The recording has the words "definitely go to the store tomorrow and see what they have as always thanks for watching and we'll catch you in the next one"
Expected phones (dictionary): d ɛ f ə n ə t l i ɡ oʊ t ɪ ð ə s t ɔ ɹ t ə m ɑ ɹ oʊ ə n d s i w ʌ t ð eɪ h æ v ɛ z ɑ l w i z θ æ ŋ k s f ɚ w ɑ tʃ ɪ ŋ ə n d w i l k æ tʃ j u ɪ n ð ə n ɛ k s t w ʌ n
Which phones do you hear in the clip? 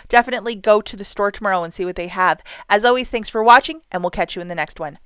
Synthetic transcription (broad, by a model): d ɛ f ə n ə t l i ɡ oʊ t ɪ ð ə s t ɔ ɹ t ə m ɑ ɹ oʊ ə n s i w ʌ t ð eɪ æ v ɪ z ɑ l w i z θ æ ŋ k s f ɚ w ɑ tʃ ɪ ŋ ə n w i l k æ tʃ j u ɪ n ð ə n ɛ k s t w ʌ n